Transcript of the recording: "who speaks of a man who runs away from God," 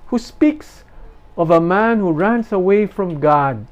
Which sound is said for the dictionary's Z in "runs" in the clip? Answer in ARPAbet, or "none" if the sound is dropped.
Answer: S